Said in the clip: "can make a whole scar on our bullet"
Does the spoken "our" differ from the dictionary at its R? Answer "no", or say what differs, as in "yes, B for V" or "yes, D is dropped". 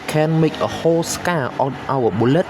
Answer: yes, W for R